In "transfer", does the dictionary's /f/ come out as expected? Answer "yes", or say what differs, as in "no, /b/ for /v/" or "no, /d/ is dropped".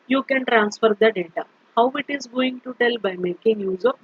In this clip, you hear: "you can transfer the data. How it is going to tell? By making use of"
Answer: yes